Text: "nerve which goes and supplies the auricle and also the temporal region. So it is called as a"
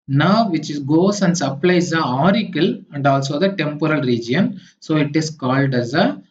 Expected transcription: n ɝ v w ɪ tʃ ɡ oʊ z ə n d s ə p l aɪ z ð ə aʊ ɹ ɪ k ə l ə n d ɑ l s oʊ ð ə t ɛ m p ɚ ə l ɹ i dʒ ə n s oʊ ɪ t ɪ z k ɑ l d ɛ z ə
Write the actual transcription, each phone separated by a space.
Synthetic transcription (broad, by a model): n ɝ v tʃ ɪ s ɡ oʊ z ə n d s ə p l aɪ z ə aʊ ɹ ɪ k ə l ə n d ɑ l s oʊ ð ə t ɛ m p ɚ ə l ɹ i dʒ ə n s oʊ ɪ t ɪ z k ɑ l d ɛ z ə